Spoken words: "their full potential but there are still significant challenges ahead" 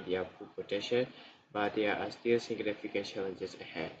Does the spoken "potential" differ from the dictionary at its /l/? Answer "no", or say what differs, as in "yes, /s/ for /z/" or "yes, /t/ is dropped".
yes, /n/ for /l/